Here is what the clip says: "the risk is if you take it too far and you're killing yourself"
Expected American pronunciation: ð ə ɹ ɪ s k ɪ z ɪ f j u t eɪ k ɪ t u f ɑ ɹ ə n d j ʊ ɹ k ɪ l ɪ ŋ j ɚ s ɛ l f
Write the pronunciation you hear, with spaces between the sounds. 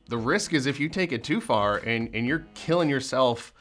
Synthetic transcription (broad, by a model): ð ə ɹ ɪ s k ɪ z ɪ f j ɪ t eɪ k ɪ t u f ɑ ɹ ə n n j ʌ ɹ k ɪ l ɪ ŋ j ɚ s ɛ l f